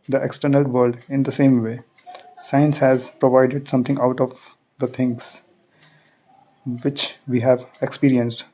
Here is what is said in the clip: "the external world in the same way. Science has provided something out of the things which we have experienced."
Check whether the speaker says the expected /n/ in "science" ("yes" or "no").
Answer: yes